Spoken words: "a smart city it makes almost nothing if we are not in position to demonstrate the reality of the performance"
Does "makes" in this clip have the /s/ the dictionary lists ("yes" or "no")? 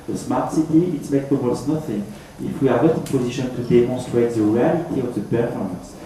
no